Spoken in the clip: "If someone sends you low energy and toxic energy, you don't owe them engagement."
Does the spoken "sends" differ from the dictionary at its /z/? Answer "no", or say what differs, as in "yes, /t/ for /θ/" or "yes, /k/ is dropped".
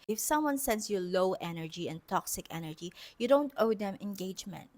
yes, /s/ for /z/